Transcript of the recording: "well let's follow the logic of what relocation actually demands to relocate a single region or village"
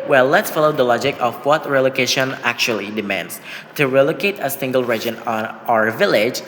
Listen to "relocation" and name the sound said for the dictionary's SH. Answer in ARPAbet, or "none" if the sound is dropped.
SH